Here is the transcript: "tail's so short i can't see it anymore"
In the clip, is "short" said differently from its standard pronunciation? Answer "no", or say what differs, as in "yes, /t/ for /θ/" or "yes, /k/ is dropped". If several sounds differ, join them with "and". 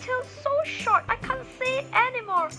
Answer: no